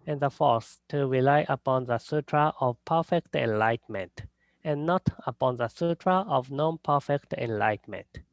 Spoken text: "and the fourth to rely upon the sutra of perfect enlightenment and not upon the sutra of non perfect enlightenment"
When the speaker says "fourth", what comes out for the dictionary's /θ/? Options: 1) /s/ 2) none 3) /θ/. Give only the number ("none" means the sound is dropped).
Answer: 1